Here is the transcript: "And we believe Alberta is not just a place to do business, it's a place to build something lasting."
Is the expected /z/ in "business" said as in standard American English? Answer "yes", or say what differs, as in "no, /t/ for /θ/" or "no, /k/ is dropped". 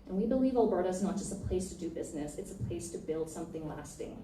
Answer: yes